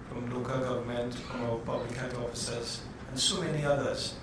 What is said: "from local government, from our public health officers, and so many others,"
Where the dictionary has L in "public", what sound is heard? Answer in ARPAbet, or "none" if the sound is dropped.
L